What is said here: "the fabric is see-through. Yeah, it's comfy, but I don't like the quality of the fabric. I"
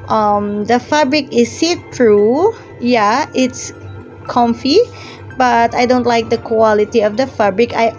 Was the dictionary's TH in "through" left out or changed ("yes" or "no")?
yes